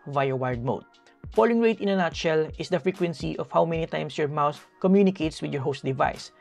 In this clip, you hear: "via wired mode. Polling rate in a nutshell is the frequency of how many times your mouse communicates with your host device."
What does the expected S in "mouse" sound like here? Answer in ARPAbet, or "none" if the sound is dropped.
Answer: TH